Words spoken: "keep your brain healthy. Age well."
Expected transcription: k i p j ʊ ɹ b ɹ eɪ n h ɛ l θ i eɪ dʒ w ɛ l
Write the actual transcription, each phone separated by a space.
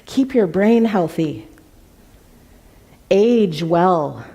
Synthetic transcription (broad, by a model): k i p j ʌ ɹ b ɹ eɪ n h ɛ l θ i eɪ dʒ w ɛ l